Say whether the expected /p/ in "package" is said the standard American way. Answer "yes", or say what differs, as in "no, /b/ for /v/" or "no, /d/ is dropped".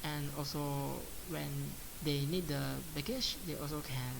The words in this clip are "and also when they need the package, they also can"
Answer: no, /b/ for /p/